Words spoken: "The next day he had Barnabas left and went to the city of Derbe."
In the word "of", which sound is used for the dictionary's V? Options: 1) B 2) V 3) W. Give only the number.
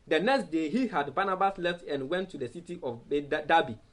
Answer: 1